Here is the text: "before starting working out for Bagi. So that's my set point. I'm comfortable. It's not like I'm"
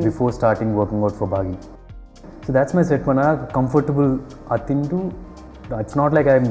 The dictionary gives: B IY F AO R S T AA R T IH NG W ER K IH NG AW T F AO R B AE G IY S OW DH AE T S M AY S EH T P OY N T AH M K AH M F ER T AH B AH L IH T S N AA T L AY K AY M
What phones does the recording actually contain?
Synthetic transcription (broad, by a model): B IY F AO R S T AA R T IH NG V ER K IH NG AW T F AO R B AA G IY S OW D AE T S M AY S EH T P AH N AH K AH M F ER T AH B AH L IH T S N AA T L AY K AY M